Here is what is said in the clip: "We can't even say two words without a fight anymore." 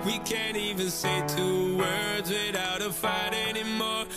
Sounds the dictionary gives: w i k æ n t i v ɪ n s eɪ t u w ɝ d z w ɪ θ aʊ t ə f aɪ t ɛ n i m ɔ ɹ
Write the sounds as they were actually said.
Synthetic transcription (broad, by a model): w i k æ n t i v ɪ n s eɪ t u w ɝ d z w ɪ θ aʊ t ə f aɪ t ɛ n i m ɔ ɹ